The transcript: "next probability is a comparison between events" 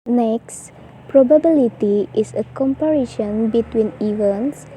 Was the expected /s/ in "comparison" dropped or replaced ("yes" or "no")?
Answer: yes